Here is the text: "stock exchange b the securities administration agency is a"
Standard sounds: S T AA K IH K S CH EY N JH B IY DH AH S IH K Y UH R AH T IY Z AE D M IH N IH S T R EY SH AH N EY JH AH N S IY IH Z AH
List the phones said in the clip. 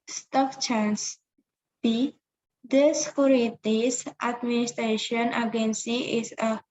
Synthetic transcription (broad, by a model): S T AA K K CH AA N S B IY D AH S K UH R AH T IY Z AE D M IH N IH S T R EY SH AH N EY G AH N S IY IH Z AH